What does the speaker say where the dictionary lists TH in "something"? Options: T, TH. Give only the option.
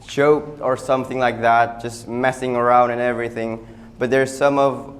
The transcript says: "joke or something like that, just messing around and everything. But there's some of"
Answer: TH